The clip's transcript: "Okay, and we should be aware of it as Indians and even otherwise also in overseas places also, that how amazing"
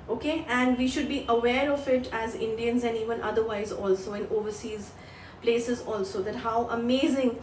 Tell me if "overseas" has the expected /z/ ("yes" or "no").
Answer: yes